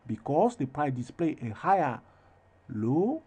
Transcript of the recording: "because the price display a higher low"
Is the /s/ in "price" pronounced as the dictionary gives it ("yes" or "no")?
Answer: no